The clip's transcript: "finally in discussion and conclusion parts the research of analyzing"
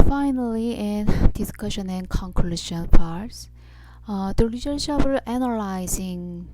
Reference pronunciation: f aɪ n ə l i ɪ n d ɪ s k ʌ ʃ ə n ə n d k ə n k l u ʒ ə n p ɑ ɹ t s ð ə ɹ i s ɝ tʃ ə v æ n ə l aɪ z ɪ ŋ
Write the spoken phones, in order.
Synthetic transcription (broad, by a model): f aɪ n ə l i ɪ n d ɪ s k ʌ ʃ ə n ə n k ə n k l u ʃ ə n p ɑ ɹ t s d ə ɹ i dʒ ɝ ʃ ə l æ n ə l aɪ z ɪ ŋ